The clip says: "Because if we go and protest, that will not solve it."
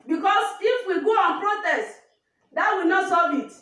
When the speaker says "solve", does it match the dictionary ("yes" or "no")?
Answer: no